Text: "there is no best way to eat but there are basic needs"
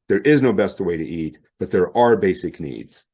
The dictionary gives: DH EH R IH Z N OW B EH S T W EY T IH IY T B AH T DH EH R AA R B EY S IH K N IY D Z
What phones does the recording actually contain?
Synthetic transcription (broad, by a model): DH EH R IH Z N OW B EH S T W EY T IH IY T B AH T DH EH R AA R B EY S IH K N IY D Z